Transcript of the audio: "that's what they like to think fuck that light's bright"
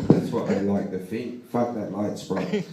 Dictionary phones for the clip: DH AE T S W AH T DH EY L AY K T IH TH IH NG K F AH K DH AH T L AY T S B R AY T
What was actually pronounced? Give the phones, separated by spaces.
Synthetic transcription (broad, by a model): DH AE T S W AH T DH EY L AY K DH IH F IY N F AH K DH AH T L AY T S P R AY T